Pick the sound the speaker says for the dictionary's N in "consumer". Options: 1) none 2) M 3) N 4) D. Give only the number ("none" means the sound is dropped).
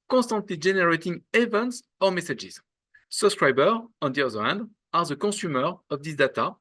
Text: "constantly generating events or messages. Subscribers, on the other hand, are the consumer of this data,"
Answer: 1